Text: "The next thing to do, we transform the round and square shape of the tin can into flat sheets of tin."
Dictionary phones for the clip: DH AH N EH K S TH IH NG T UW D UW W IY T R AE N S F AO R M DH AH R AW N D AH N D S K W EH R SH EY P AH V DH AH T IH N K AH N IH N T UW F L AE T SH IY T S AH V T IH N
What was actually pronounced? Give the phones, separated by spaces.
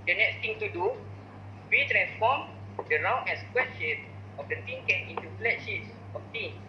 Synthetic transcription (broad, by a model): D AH N EH K S T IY NG T UW D UW W IY T R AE N S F AO M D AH R AW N AH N S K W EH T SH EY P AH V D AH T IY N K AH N IH N T UW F L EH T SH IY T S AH F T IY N